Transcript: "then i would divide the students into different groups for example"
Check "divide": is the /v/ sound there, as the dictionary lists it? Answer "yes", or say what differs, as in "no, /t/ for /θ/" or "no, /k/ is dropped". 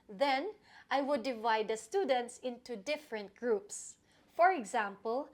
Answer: yes